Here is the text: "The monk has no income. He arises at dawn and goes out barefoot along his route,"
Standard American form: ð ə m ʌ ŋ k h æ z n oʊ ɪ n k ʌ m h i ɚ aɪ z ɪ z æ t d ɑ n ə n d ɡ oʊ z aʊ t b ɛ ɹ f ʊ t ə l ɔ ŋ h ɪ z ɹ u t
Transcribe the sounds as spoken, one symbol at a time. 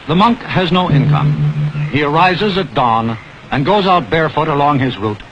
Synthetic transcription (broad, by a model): ð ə m ʌ ŋ k h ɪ z n oʊ ɪ n k ʌ m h i ɚ aɪ z ɪ z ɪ t d ɑ n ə n ɡ oʊ z aʊ t b ɛ ɹ f ʊ t ə l ɔ ŋ ɪ z ɹ u t